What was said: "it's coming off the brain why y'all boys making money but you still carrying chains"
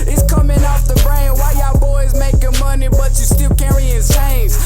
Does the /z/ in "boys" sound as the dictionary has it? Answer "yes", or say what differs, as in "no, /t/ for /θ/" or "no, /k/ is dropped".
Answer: yes